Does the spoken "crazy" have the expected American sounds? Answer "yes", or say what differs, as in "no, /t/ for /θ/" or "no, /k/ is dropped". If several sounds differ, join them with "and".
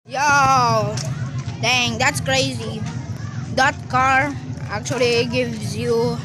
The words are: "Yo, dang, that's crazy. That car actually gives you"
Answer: yes